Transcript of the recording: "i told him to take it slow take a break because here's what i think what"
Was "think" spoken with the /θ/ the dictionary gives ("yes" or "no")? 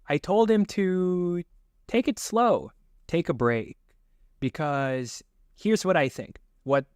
yes